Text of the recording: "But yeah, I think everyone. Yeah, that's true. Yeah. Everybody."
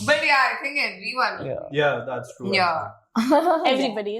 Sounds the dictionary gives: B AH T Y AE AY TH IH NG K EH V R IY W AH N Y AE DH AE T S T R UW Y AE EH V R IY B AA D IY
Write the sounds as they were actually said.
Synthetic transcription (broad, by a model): B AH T Y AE AY T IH NG K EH V R IY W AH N Y AE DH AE T S T R UW Y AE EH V R IY B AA D IY